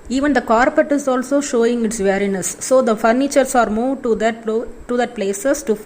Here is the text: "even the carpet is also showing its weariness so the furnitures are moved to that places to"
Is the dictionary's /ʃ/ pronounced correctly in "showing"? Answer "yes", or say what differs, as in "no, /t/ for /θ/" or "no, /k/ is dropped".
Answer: yes